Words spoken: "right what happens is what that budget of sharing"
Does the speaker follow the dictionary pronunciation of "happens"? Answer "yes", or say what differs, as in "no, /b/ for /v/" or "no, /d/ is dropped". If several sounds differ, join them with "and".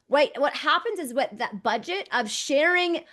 yes